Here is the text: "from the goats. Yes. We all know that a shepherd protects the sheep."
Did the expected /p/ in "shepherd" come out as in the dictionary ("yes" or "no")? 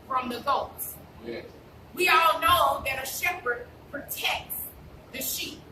yes